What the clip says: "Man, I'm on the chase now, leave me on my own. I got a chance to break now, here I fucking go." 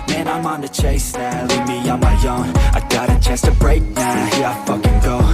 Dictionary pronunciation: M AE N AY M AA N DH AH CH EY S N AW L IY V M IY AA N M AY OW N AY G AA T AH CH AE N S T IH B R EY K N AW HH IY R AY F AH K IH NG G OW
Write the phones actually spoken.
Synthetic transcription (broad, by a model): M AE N AY M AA N DH AH CH EY S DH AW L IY M IY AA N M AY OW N AY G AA T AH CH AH S T IH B R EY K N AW HH IY R AY F AH K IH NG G OW